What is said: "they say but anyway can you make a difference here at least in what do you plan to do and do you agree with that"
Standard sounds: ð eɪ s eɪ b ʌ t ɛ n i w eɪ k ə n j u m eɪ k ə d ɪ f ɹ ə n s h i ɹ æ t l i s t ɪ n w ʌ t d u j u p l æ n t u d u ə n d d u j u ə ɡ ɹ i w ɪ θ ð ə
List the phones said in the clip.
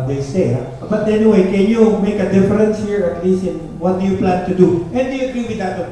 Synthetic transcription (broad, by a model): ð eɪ s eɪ b ʌ t ɛ n i w eɪ k ə n j u m eɪ k ə d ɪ f ɹ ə n s h i ɹ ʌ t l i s ɪ n w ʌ t d u j u p l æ n t u d u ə n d d u j u ə ɡ ɹ i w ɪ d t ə